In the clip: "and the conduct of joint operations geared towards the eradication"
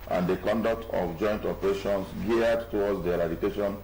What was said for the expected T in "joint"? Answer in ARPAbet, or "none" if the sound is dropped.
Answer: T